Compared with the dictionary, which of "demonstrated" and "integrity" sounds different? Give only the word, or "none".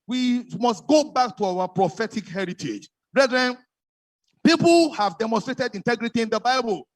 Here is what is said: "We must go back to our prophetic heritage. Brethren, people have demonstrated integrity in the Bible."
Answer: none